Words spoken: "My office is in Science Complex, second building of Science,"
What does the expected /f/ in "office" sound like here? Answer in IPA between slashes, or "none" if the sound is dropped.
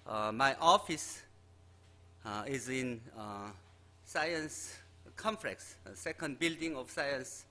/f/